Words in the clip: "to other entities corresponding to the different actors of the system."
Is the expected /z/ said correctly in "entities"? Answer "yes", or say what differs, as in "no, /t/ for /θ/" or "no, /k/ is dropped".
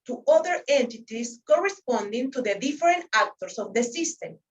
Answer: no, /s/ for /z/